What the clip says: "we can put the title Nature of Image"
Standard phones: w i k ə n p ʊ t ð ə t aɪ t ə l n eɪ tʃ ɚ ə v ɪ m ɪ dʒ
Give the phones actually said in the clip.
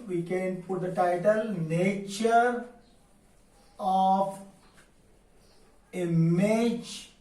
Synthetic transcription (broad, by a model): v i k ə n p ʊ t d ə t aɪ t ə l n eɪ tʃ ɚ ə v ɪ m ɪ dʒ